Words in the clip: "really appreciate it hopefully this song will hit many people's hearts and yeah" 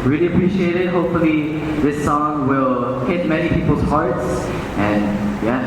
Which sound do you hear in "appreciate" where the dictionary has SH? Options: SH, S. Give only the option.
SH